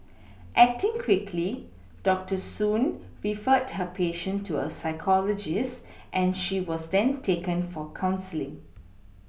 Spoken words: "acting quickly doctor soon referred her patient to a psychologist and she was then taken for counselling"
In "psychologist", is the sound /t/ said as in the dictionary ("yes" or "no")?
yes